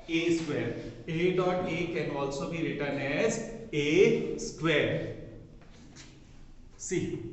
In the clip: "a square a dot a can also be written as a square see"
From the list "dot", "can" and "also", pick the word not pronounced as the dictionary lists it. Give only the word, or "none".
none